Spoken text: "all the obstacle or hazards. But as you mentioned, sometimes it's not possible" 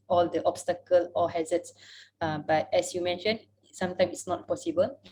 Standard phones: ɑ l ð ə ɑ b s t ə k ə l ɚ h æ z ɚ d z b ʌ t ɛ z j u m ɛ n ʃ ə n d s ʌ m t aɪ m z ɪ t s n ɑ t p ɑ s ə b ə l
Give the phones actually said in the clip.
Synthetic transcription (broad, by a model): ɑ l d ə ɑ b s t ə k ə l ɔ h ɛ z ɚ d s b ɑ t ɛ s j u m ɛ n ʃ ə n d s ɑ m t aɪ m ɪ t s n ɑ t p ɑ s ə b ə l